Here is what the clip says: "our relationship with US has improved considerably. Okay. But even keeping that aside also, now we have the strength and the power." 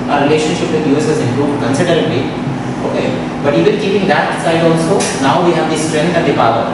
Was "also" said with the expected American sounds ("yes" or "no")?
no